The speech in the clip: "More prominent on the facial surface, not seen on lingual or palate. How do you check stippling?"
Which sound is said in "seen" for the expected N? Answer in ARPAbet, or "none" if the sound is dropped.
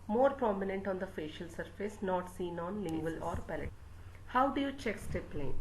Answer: N